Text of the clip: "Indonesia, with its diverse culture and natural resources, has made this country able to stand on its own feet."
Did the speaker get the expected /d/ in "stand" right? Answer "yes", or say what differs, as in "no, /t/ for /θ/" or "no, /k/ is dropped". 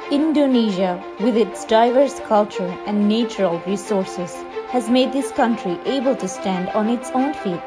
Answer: yes